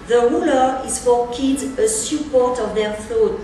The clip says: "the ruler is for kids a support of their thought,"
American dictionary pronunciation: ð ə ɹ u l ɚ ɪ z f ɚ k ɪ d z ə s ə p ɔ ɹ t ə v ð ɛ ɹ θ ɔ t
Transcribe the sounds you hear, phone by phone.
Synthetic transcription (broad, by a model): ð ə ɹ u l ɚ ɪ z f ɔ k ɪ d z ə s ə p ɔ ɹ t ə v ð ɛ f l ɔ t